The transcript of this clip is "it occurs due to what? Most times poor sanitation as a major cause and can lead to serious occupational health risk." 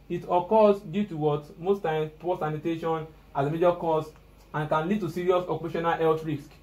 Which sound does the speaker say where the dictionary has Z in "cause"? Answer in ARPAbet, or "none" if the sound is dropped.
S